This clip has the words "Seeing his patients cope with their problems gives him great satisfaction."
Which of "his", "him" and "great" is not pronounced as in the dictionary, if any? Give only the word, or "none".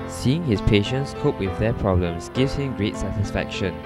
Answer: his